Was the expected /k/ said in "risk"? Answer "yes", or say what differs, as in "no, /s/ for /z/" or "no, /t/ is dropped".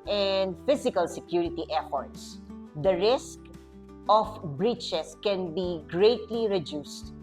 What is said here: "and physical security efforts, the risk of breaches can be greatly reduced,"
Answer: yes